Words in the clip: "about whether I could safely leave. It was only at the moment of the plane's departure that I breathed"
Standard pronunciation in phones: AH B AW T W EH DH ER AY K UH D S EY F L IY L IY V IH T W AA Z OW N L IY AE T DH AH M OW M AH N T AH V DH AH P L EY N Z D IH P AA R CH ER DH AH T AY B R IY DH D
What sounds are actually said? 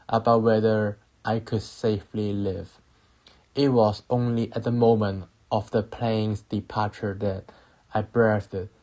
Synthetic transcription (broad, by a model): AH B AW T W EH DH ER AY K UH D S EY F L IY L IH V IH T W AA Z OW N L IY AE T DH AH M OW M AH N T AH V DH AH P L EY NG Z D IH P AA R CH ER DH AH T AY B R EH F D